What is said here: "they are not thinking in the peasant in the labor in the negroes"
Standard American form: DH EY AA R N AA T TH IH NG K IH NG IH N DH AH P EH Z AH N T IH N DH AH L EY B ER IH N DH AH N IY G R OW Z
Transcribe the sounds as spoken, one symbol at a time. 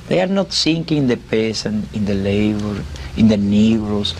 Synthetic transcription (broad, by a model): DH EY AA R N AA T S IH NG K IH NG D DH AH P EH S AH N IH N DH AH L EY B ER IH N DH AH N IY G R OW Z